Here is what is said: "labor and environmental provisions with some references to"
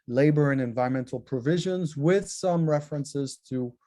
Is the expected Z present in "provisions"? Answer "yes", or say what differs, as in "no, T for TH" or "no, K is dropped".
yes